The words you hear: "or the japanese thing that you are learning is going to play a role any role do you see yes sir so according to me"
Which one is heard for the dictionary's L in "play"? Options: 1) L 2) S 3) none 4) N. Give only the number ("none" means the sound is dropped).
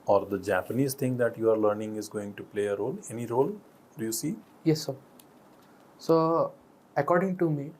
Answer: 1